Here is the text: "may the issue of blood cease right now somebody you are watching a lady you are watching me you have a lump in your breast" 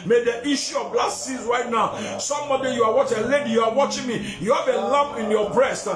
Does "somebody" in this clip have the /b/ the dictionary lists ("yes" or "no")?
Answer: no